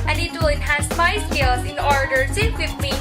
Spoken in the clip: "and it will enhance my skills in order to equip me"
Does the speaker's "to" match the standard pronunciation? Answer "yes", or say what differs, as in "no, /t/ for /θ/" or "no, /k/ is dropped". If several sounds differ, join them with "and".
no, /s/ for /t/